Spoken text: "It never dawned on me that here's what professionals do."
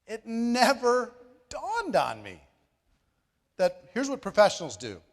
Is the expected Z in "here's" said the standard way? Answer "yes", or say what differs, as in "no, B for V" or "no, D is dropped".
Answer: yes